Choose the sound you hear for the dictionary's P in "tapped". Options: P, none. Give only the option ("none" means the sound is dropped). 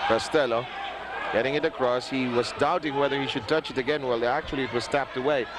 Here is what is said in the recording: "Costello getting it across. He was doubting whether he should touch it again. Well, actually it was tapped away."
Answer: P